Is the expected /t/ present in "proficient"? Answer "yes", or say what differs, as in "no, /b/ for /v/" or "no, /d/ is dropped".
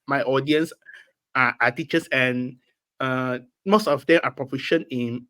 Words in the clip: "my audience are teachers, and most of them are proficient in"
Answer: no, /t/ is dropped